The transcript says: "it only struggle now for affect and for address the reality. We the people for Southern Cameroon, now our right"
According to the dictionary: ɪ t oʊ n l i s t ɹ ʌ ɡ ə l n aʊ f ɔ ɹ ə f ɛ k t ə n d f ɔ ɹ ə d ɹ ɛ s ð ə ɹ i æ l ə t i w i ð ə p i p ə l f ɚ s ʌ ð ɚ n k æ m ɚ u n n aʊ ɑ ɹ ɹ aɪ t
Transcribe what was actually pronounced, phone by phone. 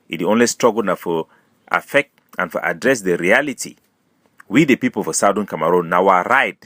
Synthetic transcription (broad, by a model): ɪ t oʊ n l i s t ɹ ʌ ɡ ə l n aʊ f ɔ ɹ ə f ɛ k t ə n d f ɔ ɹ ə d ɹ ɛ s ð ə ɹ i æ l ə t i w i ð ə p i p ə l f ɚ s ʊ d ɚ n k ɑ m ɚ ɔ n n aʊ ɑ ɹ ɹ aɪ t